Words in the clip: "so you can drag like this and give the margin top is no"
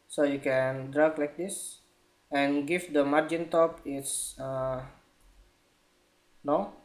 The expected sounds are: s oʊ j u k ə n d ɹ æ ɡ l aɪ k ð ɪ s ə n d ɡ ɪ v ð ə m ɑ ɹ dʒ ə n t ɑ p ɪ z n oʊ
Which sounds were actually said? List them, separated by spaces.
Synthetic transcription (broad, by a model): s oʊ j u k ə n d ɹ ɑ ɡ l aɪ k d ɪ s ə n ɡ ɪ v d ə m ɑ ɹ dʒ ə n t ɑ p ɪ s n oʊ